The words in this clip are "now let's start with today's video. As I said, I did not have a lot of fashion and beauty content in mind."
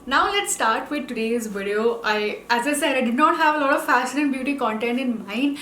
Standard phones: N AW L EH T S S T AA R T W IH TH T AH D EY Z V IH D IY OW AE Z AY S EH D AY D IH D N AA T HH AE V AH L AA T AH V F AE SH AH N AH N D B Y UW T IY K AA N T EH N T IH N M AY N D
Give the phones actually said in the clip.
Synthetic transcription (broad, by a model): N AW L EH T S S T AA R T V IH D T AH D EY Z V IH D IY OW AE Z AY S EH D AY D IH D N AA T HH AE V AH L AA T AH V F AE S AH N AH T B Y UW T IY K AA N T EH N T IH N M AY N